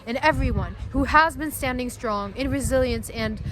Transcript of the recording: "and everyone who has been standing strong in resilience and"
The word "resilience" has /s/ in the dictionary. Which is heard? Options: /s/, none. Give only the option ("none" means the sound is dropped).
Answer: /s/